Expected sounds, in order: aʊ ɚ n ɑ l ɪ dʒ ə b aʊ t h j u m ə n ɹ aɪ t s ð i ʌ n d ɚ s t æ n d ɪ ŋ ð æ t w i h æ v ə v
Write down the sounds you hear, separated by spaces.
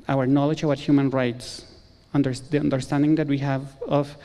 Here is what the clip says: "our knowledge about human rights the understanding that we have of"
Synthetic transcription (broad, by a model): aʊ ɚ n ɑ l ɪ dʒ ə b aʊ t h j u m ə n ɹ aɪ t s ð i ʌ n d ɚ s t æ n d ɪ ŋ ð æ t w i h æ v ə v